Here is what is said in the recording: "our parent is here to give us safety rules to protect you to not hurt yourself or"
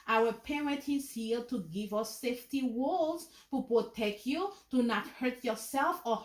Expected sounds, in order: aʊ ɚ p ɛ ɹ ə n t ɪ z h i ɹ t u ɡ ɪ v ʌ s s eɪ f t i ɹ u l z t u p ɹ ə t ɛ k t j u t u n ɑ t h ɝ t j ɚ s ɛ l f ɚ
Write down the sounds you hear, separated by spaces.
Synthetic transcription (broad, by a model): aʊ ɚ p ɛ ɹ ə n t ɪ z h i l t u ɡ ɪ v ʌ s s eɪ f t i w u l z t u p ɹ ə t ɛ k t j u t u n ɑ t h ɝ t j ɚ s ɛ l f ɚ